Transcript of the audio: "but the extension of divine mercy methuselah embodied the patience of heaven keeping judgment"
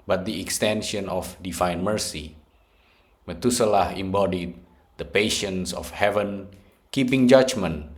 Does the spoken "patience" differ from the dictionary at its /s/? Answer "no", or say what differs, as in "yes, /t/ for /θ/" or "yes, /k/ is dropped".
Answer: no